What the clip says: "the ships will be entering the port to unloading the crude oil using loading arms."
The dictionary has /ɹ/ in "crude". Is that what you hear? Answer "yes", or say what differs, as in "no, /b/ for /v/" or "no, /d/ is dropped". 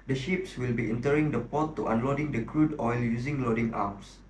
yes